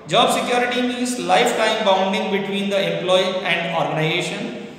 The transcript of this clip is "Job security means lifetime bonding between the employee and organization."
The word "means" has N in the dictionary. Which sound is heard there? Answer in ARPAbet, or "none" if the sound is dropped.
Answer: none